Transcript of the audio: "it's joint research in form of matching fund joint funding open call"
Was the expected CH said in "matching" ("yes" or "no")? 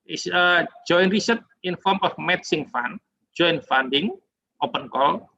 no